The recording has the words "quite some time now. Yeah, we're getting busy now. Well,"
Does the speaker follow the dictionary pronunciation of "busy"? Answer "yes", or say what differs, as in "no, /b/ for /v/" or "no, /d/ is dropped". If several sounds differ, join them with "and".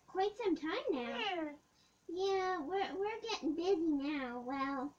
yes